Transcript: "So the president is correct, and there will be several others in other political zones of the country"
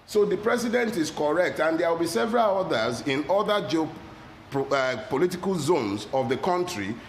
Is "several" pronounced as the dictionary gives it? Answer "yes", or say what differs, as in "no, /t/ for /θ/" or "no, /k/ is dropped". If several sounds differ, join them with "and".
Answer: yes